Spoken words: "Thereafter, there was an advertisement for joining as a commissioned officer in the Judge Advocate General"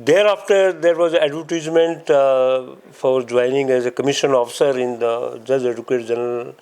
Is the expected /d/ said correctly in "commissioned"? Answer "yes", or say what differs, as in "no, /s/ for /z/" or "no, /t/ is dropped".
no, /d/ is dropped